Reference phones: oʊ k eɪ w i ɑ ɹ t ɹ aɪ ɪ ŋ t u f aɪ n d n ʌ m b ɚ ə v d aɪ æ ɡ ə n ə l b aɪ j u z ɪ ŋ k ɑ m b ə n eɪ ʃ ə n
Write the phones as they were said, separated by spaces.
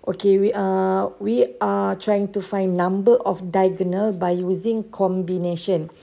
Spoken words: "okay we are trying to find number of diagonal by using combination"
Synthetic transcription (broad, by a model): oʊ k eɪ w i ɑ w t ɹ aɪ ɪ ŋ t u f aɪ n n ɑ m b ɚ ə f d aɪ ɡ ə n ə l b aɪ j u z ɪ ŋ k ɑ m b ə n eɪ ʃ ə n